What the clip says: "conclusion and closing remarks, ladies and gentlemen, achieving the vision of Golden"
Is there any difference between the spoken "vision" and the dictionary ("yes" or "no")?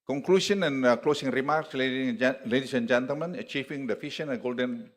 yes